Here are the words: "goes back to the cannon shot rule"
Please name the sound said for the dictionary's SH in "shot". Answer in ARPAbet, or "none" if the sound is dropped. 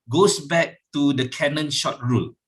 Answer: SH